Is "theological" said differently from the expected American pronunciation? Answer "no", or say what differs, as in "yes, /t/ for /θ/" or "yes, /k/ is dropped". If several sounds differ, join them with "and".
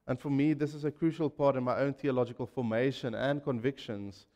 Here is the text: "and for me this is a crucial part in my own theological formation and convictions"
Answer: no